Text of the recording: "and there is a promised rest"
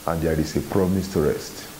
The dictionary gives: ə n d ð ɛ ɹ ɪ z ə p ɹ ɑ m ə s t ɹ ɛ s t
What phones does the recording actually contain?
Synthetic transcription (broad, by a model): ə n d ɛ ɹ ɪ s ə p ɹ ɑ m ə s t ɹ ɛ s t